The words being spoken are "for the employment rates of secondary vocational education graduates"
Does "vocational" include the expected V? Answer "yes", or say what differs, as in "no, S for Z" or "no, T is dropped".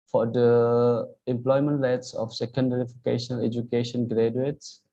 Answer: no, F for V